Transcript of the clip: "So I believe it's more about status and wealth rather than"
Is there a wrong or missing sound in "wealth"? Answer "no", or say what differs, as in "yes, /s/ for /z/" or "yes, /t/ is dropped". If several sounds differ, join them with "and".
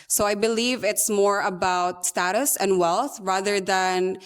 no